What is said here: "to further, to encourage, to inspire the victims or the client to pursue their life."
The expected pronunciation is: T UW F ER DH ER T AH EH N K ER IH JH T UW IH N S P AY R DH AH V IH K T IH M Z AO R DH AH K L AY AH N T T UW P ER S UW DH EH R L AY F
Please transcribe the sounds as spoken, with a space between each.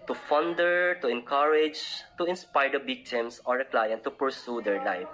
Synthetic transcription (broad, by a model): T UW F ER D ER T AH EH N K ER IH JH T UW IH N S P AY R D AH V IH K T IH M S AO R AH K L AY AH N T T UW P ER S UW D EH R L AY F